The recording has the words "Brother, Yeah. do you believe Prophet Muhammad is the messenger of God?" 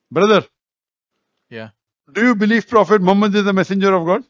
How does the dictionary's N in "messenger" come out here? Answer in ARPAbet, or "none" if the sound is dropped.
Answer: N